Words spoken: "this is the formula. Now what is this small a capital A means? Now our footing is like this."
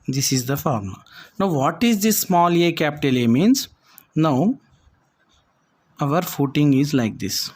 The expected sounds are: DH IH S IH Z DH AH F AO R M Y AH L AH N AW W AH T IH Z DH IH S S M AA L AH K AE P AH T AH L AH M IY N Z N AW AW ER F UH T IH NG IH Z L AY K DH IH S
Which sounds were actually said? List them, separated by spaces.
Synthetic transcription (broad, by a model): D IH S IH Z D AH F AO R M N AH AH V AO T IH Z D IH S S M AA L AH K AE P T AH L AH M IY N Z N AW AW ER F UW T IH NG IH Z L AY K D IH S